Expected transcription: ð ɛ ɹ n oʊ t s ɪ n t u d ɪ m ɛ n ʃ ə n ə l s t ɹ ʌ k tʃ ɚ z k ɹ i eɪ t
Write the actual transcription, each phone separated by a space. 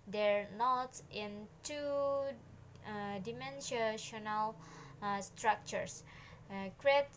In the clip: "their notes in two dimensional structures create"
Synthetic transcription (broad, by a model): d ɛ ɹ n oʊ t ɪ n t u d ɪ m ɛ n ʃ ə n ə l s t ɹ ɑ k tʃ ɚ s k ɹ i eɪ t